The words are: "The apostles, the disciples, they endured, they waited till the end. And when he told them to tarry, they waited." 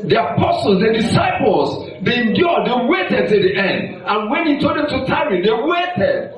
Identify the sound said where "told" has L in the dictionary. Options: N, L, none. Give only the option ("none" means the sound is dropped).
none